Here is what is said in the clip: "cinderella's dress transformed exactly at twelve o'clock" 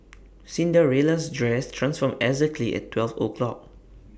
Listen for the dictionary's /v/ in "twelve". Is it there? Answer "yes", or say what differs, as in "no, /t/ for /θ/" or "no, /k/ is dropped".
no, /f/ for /v/